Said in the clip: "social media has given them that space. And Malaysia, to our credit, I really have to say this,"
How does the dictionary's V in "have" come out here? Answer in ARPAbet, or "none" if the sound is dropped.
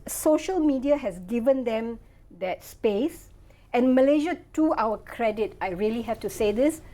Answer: F